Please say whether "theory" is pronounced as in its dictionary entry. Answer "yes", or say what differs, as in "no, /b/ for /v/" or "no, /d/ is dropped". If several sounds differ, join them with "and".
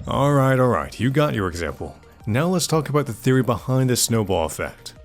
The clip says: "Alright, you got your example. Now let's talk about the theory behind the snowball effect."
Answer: yes